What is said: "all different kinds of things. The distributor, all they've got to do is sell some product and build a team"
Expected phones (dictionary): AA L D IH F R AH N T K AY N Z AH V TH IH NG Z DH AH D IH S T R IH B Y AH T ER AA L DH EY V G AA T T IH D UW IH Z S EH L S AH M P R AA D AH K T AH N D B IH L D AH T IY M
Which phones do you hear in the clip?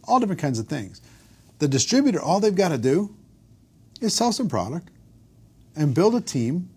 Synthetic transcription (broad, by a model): AA L D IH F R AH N K AY N Z AH V TH IH NG Z DH AH D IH S T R IH B Y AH T ER AA L DH EY V G AA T T IH D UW IH Z S EH L S AH M P R AA D AH K T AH N B IH L D AH T IY M